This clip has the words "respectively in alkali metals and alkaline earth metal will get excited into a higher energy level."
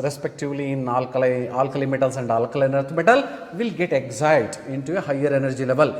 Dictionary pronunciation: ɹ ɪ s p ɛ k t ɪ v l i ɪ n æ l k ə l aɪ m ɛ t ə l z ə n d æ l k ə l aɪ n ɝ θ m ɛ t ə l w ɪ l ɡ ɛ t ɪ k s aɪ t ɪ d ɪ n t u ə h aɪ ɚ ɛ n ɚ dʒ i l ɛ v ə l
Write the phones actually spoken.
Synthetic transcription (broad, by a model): ɹ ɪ s p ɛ k t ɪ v l i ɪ l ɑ l k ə l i m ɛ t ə l s ə n d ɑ l k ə l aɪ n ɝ t m ɛ t ə l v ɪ l ɡ ɛ t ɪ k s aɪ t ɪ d ɪ n t u ə h aɪ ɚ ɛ n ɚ dʒ i l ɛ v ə l